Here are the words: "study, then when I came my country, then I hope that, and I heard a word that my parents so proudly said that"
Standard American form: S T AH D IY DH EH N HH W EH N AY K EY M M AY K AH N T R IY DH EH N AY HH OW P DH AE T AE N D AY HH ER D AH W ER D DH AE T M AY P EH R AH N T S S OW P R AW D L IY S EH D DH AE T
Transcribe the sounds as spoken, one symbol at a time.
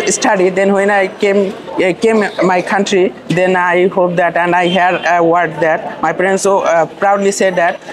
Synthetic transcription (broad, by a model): S T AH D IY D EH N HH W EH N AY K EY M M AY K AH N T R IY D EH N AY HH OW P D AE T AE N D AY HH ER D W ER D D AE T M AY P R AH N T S S OW P R AW D L IY S EH D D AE T